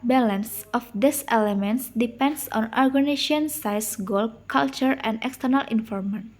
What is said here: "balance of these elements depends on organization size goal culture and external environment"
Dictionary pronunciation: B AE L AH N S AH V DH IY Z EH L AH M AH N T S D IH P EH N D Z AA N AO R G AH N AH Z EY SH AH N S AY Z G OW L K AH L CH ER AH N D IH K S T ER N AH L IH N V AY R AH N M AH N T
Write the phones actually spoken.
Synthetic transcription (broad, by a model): B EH L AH N S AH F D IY S EH L AH M AH N T S D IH P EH N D S AA N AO R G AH N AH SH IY AH N S AY S G OW L K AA L CH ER AH N D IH K S T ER N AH L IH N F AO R M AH N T